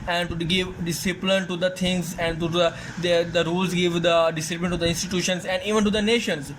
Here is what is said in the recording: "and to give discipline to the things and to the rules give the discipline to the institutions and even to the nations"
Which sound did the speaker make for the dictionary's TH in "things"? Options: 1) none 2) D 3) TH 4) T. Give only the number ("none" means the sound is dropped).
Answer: 4